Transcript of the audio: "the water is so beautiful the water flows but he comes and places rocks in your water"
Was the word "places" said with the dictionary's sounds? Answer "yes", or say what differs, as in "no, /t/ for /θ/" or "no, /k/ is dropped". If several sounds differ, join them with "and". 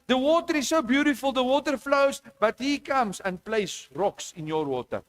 no, /s/ is dropped and /s/ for /z/